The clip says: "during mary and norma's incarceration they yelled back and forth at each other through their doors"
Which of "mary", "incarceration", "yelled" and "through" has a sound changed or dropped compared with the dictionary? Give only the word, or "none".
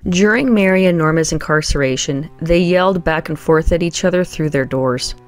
none